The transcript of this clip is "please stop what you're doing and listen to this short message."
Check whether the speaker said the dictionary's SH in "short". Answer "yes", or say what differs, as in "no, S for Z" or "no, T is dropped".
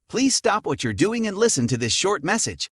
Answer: yes